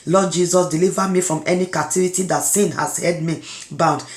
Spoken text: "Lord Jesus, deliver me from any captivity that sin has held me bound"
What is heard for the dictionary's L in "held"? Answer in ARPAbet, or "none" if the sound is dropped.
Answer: none